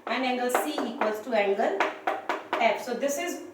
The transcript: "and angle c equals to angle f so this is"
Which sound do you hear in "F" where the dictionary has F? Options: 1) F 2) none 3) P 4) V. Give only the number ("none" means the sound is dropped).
3